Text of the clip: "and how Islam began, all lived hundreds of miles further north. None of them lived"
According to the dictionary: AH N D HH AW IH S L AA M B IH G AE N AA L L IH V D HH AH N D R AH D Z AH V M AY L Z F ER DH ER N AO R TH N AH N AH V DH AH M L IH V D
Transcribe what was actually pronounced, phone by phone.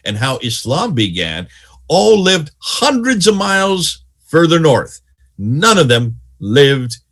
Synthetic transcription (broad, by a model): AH N HH AW IH S L AA M B IH G AE N AA L L IH V D HH AH N D R AH D Z AH V M AY L Z F ER DH ER N AO R TH N AH N AH V DH AH M L IH V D